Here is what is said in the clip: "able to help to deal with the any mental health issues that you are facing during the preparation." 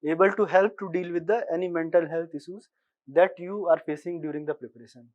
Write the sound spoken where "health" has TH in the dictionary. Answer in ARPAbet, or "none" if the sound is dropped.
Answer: T